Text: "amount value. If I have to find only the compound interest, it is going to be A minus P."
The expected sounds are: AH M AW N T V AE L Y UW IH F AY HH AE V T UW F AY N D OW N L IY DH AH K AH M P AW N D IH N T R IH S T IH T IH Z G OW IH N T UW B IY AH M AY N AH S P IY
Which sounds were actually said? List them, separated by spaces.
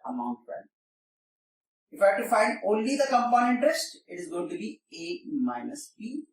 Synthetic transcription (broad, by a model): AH M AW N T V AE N IH F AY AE T UW F AY N D OW N L IY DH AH K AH M P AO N IH N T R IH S T IH T IH Z G OW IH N T UW B IY AH M AY N AH S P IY